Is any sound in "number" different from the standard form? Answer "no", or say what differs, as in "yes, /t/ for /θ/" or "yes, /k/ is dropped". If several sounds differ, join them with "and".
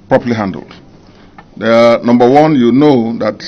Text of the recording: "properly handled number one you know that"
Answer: no